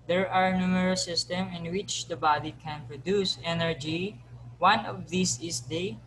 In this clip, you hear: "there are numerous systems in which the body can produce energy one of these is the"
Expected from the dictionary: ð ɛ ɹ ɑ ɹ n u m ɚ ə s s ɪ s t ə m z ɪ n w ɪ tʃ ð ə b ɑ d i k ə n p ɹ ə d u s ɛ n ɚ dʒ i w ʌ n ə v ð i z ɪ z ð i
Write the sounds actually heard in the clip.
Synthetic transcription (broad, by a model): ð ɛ ɹ ɑ ɹ n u m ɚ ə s s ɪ s t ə m ɪ n w ɪ tʃ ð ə b ɑ d i k ə n p ɹ ə d u s ɛ n ɚ dʒ i w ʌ n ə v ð i s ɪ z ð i